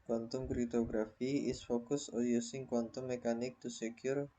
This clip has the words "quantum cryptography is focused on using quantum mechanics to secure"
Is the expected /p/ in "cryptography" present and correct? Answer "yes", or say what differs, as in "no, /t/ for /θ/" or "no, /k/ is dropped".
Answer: no, /p/ is dropped